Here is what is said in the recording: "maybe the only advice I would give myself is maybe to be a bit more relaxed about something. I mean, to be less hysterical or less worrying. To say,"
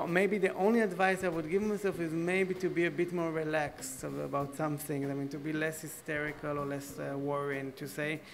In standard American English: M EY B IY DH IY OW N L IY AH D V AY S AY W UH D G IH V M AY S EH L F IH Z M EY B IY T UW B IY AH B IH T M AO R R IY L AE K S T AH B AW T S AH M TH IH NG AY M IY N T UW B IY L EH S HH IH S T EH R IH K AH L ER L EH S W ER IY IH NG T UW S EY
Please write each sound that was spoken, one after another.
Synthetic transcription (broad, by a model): M EY B IY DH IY OW N L IY AH D V AY S AY W UH D G IH V M AY S EH L F IH Z M EY B IY T UW B IY AH B IH T M AO R R IY L AE K S T AH B AW T S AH M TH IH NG AY M IY N T UW B IY L EH S HH IH S T EH R IH K AH L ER L EH S W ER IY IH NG T UW S EY